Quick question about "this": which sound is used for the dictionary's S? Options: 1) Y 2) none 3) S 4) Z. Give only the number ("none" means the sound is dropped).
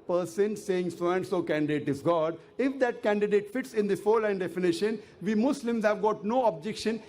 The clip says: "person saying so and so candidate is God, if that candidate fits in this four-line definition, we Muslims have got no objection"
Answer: 2